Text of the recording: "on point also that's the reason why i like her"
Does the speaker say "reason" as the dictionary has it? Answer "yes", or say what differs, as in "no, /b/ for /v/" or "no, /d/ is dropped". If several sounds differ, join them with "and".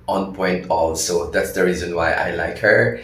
yes